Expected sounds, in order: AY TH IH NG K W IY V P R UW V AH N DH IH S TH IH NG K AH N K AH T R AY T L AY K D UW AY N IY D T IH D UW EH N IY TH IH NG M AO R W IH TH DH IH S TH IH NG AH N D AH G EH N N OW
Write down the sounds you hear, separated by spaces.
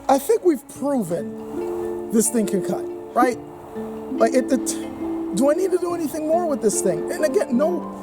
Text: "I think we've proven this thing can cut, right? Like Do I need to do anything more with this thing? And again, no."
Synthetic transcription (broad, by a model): AY TH IH NG K W IY V P R UW V AH N DH IH S TH IH NG K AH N K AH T R AY T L AY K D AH AY N IY D T IH D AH EH N IY TH IH NG M AO R W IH DH IH S TH IH NG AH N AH G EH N N OW